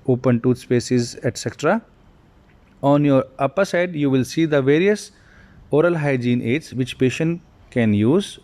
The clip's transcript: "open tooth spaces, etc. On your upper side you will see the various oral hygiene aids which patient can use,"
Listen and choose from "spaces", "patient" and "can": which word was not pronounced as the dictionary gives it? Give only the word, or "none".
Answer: none